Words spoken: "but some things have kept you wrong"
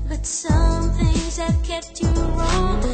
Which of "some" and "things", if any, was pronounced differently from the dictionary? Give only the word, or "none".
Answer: none